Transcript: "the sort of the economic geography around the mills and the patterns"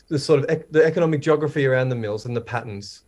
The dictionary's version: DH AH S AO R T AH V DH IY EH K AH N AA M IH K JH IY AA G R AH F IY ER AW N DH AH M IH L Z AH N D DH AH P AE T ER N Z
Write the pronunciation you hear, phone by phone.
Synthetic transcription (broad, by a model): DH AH S AO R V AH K DH IY EH K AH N AA M IH K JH AA G R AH F IY ER AW N DH AH M IH L Z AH N DH AH P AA T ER N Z